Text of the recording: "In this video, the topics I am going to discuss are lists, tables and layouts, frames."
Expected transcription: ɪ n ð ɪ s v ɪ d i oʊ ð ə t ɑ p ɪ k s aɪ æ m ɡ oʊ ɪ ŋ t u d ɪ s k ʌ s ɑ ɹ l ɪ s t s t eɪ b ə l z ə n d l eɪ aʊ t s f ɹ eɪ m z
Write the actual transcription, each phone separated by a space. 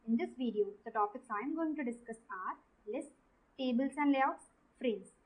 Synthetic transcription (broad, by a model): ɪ n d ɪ s v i d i oʊ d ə t ɑ p ɪ k s aɪ m ɡ oʊ ɪ ŋ t u d ɪ s k ʌ s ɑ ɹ l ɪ s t t eɪ b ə l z ə n d l eɪ aʊ t s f ɹ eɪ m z